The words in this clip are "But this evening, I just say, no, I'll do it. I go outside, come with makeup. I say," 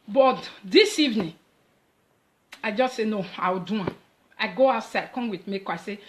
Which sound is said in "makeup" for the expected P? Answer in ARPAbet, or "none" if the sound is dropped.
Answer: none